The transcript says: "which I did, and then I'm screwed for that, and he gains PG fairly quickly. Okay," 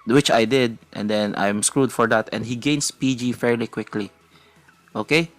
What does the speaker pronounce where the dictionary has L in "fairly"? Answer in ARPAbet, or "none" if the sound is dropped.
L